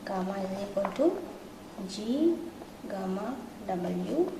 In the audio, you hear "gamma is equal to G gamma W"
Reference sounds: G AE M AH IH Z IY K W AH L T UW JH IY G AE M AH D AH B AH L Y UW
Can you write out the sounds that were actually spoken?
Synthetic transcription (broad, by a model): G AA M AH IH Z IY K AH N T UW JH IY G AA M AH D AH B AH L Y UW